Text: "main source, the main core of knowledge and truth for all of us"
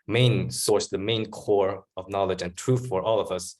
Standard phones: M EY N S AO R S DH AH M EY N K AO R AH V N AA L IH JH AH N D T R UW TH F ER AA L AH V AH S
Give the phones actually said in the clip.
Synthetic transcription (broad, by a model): M EY N S AO R S DH AH M EY N K AO R AH V N AA L IH JH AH N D T R UW TH F ER AA L AH V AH S